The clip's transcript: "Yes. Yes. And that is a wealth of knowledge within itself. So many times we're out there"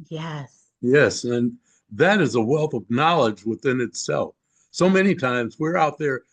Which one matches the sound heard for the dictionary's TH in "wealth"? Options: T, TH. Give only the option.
TH